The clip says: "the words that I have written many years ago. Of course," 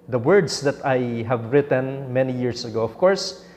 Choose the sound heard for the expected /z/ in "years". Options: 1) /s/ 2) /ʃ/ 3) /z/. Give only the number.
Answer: 1